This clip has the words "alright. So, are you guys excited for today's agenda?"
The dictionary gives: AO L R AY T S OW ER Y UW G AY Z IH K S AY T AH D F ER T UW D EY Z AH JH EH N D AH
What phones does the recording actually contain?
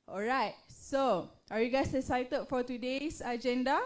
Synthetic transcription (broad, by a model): AO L R AY T S OW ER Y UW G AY S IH S AY T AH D F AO T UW D EY S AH JH EH N D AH